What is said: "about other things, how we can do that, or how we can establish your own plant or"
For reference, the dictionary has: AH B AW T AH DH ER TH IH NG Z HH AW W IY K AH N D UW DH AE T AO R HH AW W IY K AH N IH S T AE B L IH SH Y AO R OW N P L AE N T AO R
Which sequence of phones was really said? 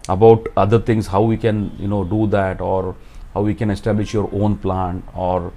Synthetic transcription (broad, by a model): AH B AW T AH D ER T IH NG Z HH AW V IY K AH N D UW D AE T AO R HH AW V IY K AH N IH S T AE B L IH SH Y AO R OW N P L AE N AO R